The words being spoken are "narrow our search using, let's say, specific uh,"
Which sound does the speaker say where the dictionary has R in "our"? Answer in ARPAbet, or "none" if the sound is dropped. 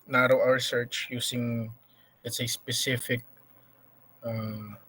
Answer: R